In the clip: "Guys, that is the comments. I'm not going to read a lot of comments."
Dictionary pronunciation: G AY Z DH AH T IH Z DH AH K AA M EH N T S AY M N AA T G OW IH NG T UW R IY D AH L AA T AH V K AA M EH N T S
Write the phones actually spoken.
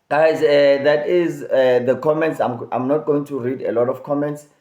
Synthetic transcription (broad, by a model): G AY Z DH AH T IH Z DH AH K AA M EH N T S AY M N AA T G OW IH NG T UW R IY D AH L AA T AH F K AA M EH N T S